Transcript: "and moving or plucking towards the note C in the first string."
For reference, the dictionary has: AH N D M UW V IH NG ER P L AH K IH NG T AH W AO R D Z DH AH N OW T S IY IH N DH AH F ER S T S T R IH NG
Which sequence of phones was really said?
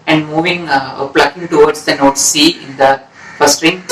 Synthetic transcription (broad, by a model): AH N D M UW V IH NG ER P L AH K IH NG T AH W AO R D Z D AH N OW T S IY IH N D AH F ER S S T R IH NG